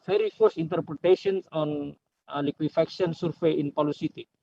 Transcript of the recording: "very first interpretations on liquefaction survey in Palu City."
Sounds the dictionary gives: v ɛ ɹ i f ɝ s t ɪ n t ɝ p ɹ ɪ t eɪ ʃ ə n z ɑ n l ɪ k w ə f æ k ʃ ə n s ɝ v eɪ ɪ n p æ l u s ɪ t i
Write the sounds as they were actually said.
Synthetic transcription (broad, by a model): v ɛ ɹ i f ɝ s ɪ n t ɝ p ɹ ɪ t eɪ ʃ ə n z ɑ n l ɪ k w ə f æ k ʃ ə n s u f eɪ ɪ n p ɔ l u s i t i